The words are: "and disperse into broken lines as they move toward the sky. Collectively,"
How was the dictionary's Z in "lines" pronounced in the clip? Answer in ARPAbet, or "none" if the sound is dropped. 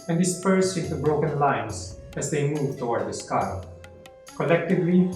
S